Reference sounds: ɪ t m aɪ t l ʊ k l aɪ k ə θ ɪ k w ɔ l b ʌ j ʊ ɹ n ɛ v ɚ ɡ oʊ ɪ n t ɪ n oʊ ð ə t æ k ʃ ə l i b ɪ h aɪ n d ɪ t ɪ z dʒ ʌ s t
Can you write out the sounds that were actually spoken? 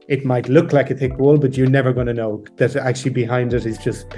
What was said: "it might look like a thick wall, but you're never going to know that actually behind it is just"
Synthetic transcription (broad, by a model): ɪ t m aɪ t l ʊ k l aɪ k ə θ ɪ k w ɔ l b ʌ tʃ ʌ ɹ n ɛ v ɚ ɡ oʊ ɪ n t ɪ n oʊ ð ə t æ k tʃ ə l i b ɪ h aɪ n d ɪ t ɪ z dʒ ʌ s t